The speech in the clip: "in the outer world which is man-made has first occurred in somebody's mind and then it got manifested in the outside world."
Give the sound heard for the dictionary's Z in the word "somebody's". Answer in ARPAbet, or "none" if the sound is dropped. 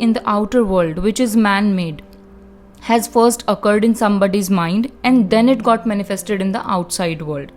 Z